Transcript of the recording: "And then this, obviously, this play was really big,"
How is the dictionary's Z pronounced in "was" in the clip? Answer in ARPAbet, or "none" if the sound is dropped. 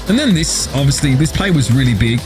Z